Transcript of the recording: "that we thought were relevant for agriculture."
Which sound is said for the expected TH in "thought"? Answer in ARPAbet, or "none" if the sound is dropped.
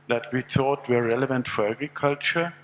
TH